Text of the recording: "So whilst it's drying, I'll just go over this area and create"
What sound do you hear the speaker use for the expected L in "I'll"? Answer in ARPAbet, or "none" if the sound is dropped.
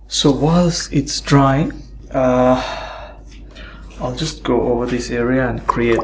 L